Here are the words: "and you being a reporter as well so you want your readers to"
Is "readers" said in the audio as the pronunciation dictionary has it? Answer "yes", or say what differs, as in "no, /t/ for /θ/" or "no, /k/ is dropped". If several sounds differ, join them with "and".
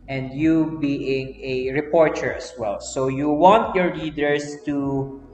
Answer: no, /l/ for /ɹ/ and /s/ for /z/